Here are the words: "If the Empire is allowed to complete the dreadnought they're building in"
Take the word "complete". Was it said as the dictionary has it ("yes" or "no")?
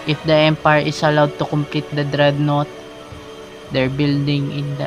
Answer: yes